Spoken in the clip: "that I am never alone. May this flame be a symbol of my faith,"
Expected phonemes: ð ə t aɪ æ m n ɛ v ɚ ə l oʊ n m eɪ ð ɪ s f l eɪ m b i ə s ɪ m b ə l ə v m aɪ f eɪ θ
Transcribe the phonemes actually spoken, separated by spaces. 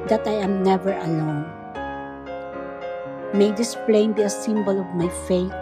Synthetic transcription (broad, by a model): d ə t aɪ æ m n ɛ v ɚ ə l oʊ n m eɪ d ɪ s p l eɪ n b i ə s ɪ m b ə l ə v m aɪ f eɪ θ